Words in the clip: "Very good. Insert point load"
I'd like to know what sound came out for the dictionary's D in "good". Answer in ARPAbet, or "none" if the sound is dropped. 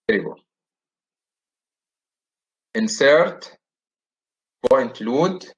none